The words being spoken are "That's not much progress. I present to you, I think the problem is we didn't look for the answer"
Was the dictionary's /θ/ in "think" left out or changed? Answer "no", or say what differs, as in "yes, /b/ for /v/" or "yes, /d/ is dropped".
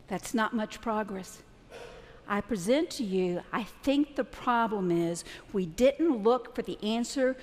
no